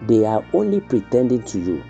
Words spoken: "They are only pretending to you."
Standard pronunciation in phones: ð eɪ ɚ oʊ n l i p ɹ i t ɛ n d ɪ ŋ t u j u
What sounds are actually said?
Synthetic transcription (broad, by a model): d eɪ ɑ oʊ n l i p ɹ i t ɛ n d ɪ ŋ t u j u